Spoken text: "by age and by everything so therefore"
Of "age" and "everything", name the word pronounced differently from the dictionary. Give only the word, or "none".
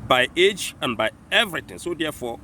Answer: everything